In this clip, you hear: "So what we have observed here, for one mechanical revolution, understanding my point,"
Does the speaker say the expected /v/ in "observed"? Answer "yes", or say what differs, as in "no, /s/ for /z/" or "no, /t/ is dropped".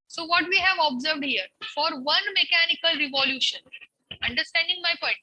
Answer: yes